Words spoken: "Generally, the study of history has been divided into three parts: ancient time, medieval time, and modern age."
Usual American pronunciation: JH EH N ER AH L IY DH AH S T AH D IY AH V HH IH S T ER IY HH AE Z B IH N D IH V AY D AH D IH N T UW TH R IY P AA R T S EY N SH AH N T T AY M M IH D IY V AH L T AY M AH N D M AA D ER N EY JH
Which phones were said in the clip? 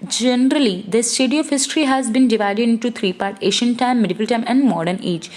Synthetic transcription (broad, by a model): JH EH N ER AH L IY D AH S T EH D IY AH V HH IH S T ER IY HH AE Z B IH N D IH V AY D AH D IH N T UW T R IY P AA R T EY SH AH N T T AY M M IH D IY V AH L T AY M AH N D M AA D ER N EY JH